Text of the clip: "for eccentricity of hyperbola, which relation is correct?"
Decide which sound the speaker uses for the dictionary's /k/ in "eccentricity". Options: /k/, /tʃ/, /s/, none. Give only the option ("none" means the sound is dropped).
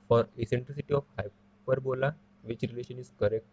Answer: none